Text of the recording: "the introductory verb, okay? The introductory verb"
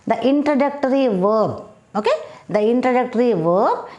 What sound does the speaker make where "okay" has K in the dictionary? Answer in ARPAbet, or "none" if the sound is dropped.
K